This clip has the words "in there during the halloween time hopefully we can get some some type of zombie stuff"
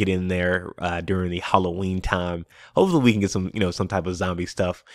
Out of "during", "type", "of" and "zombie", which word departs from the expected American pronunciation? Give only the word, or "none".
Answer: none